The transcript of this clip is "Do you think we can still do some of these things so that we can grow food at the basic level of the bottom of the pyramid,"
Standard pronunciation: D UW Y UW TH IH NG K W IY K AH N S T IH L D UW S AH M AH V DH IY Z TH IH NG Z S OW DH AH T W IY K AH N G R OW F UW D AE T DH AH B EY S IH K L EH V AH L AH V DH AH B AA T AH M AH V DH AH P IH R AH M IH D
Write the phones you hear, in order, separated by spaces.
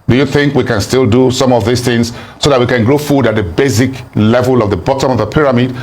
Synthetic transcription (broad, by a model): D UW Y UW TH IH NG K W IY K AH N S T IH L D UW S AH M AH V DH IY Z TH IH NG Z S OW DH AH T W IY K AH N G R OW F UW D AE T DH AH B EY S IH K L EH V AH L AH V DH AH B AA T AH M AH V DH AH P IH R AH M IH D